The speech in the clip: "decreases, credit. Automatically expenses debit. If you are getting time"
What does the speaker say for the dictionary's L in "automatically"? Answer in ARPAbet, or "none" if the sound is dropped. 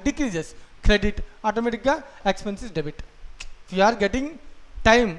none